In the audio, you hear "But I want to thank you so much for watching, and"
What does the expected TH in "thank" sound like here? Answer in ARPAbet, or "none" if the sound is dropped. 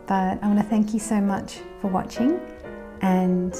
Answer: TH